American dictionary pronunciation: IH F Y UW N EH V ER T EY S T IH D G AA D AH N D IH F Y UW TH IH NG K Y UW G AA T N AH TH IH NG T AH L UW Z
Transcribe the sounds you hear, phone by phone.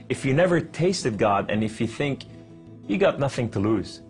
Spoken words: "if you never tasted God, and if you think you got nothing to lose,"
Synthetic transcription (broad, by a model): IH F Y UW N EH V ER T EY S T IH D G AA D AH N IH F Y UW TH IH NG K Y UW G AA T N AH TH IH NG T AH L UW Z